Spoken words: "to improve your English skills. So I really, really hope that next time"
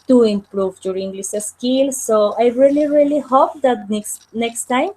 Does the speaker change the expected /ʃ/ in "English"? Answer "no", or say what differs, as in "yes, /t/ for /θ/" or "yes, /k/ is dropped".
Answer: yes, /s/ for /ʃ/